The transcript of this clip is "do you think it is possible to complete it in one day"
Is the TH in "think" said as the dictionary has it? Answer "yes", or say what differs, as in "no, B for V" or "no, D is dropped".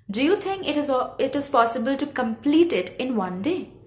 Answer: no, T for TH